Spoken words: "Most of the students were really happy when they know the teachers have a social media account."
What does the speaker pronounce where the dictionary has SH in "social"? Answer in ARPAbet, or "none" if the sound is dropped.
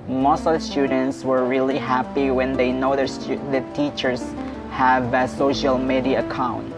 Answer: SH